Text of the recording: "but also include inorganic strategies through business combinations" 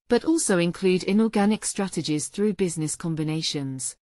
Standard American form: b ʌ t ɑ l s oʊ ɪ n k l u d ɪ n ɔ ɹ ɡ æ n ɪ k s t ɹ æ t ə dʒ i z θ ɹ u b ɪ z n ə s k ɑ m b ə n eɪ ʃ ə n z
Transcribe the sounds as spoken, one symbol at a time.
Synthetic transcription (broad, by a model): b ʌ t ɑ l s oʊ ɪ n k l u d ɪ n ɔ ɡ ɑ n ɪ k s t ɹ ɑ t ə dʒ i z θ ɹ u b ɪ z n ə s k ɑ m b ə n eɪ ʃ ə n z